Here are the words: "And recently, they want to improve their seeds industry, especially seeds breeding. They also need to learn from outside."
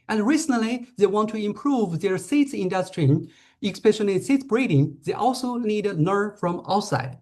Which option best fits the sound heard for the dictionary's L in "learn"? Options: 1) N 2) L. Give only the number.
1